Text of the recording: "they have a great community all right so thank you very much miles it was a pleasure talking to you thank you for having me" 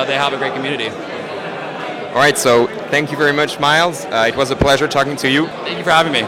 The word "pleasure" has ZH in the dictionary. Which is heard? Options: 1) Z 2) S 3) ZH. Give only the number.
3